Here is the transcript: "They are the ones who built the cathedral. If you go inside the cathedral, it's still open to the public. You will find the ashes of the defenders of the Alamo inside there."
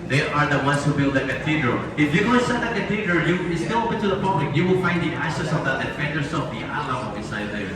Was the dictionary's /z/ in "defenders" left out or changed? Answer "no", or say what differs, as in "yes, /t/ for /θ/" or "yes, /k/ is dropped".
yes, /s/ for /z/